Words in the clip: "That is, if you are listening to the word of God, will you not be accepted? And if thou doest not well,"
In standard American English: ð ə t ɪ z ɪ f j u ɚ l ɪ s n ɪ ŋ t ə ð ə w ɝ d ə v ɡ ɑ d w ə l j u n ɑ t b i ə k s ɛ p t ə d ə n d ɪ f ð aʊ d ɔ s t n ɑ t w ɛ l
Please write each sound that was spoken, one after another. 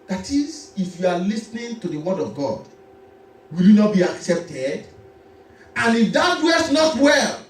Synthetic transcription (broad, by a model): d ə t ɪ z ɪ f j u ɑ l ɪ s n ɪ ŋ t ə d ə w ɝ d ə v ɡ ɑ d w ə l j u n ɑ t b i ə k s ɛ p t ə d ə n ɪ f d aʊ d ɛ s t n ɑ t w ɛ l